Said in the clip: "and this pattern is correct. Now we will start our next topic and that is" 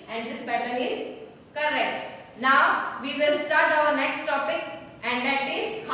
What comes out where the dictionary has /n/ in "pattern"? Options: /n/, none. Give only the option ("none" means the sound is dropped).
none